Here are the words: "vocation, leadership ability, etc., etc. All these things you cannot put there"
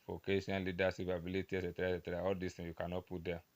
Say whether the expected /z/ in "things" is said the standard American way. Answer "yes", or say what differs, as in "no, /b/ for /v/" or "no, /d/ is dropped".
no, /z/ is dropped